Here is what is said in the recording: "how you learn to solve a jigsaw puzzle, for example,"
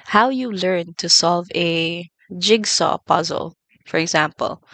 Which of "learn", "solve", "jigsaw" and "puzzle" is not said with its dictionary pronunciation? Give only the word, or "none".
none